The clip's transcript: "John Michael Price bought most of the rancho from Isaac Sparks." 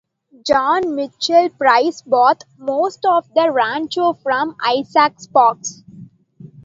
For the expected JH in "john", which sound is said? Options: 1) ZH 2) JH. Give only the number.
2